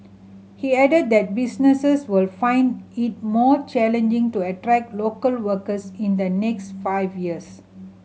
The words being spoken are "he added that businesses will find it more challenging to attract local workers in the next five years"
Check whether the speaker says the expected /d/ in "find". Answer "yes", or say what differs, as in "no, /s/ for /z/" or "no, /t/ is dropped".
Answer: yes